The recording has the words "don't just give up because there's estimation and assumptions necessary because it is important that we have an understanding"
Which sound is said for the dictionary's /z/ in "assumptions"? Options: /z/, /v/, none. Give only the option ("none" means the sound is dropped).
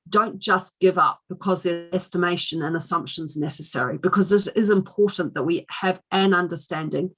/z/